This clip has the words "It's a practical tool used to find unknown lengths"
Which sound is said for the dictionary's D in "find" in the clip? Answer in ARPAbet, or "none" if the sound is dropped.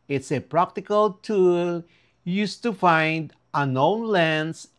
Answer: D